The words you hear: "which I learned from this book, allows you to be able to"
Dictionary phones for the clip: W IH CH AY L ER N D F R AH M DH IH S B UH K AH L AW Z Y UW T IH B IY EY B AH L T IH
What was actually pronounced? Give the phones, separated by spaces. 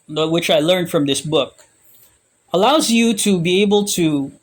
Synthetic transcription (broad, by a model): W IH CH AY L ER N D F R AH M DH IH S B UH K AH L AW Z Y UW T IH B IY EY B L T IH